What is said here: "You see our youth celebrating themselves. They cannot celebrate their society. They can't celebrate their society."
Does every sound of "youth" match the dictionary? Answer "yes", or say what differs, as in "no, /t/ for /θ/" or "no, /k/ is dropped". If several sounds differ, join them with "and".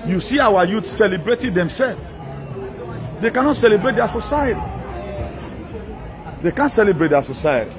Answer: no, /s/ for /θ/